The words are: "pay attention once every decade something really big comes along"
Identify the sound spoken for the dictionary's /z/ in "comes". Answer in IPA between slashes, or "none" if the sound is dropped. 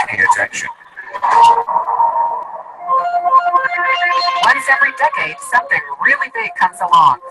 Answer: /z/